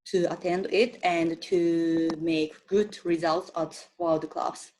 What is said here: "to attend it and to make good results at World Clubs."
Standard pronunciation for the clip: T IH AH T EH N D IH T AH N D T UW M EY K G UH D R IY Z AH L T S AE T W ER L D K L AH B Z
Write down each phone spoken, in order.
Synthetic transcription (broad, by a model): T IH AH T EH N D IH T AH N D T UW M EY K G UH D R IY Z AH L T S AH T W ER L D K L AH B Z